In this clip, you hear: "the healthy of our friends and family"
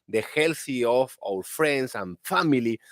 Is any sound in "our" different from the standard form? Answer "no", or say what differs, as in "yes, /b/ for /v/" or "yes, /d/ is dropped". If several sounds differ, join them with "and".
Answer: yes, /l/ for /ɹ/